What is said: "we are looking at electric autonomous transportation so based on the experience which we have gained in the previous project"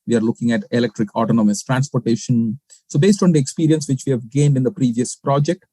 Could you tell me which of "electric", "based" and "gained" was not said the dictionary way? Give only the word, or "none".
none